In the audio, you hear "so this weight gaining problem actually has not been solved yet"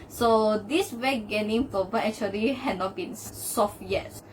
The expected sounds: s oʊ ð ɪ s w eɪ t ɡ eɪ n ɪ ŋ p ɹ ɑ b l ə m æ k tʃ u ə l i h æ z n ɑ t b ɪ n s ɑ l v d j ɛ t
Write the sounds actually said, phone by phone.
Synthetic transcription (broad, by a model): s oʊ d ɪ s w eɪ ɡ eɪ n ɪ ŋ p ɑ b ə ɛ k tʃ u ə l i h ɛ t n ɑ t b ɪ n s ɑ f j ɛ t